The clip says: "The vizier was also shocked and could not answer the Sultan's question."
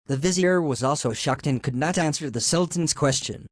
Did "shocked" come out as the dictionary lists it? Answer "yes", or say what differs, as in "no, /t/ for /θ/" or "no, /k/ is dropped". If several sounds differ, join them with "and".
yes